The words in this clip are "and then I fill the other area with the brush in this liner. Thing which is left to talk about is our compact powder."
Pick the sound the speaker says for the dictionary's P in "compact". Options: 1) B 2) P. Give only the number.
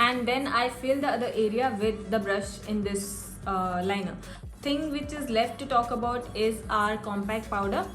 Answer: 2